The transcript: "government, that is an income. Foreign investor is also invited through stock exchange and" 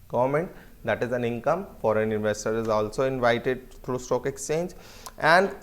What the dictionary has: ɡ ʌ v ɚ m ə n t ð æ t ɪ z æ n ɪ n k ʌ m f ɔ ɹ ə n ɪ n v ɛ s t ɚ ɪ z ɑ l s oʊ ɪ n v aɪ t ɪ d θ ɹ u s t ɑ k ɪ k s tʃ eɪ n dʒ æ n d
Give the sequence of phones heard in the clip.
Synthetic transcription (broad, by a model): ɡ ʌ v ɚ m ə n t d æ t ɪ z æ n ɪ n k ʌ m f ɔ ɹ ə n ɪ n v ɛ s t ɚ ɪ z ɑ l s oʊ ɪ n v aɪ t ɪ d t ɹ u s t ɑ k ɪ k s tʃ eɪ n dʒ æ n d